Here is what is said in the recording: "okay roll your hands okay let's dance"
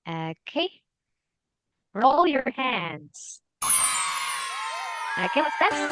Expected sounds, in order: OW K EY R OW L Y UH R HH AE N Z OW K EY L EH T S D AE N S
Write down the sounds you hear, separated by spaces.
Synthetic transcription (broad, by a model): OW K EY R OW L Y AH R HH AE N Z OW K EY W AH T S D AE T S